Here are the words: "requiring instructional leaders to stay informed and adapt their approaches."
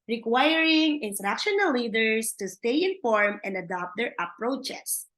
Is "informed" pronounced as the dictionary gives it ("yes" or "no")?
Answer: no